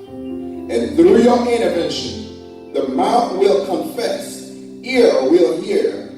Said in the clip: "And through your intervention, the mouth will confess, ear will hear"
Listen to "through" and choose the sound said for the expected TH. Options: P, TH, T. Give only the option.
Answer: TH